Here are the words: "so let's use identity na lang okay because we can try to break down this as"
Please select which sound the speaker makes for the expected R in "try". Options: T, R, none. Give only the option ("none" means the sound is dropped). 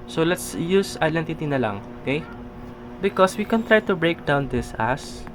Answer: R